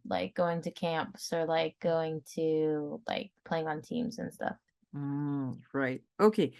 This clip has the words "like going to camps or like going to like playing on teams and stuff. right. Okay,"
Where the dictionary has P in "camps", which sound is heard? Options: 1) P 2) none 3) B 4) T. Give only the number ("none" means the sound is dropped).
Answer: 1